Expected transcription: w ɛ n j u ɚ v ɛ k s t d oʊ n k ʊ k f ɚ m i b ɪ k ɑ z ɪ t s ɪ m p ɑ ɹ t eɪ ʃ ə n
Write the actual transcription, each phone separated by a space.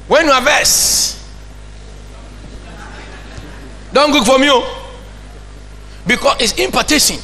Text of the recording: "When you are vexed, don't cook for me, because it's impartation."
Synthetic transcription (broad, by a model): w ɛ n j u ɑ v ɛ s d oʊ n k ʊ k f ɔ m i b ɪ k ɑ s ɪ t s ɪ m p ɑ t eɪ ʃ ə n